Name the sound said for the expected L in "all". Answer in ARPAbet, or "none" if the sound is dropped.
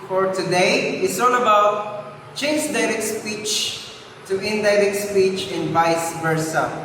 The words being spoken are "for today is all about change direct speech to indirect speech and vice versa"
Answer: N